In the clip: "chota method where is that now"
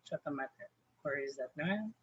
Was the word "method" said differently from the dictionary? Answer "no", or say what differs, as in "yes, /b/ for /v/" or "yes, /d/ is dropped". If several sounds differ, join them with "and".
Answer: yes, /t/ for /θ/